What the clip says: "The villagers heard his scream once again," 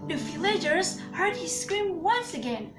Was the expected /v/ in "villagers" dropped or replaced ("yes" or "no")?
yes